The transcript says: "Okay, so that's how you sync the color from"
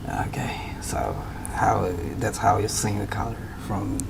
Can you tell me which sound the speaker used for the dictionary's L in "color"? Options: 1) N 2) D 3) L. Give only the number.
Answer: 1